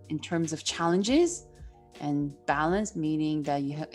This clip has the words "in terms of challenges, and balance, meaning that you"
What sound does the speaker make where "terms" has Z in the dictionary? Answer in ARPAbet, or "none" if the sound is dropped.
Z